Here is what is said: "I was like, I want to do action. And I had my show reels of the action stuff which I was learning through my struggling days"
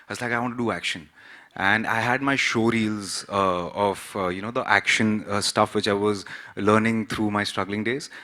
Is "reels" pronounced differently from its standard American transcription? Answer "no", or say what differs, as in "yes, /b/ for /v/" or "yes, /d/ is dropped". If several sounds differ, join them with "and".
no